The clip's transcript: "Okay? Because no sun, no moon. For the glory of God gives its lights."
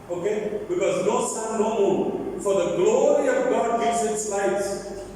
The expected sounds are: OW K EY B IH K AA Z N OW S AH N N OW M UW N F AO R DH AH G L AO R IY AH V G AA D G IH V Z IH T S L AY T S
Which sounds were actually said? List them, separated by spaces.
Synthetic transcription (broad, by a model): OW K EY B IH K AA Z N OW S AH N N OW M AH L F AO R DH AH G L AO R IY AH V G AA D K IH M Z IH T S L AY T